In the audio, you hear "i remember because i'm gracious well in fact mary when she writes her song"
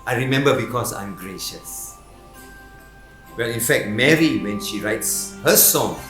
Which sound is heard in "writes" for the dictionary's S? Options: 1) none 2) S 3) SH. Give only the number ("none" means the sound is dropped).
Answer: 2